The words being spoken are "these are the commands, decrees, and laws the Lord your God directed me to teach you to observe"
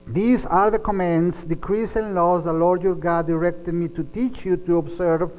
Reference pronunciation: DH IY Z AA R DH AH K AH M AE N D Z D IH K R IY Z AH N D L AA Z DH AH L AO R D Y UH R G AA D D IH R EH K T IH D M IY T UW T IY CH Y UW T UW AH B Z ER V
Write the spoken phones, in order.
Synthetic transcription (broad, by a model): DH IY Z AA R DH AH K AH M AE N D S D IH K R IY S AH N L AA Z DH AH L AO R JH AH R G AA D D IH R EH K T IH D M IY T UW T IY CH Y UW T UW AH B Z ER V